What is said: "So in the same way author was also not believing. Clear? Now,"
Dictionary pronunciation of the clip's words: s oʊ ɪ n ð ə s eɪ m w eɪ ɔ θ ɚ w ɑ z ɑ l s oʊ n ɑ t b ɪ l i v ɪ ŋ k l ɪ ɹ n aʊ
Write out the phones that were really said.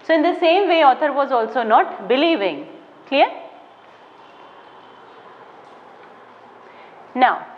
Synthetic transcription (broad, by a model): s oʊ ɪ n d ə s eɪ m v eɪ ɔ t ɚ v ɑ z ɑ l s oʊ n ɑ t b ɪ l i v ɪ ŋ k l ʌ ɹ n aʊ